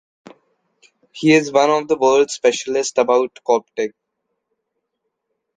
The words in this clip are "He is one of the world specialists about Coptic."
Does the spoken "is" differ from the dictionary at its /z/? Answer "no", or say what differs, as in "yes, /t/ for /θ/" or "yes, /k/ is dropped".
no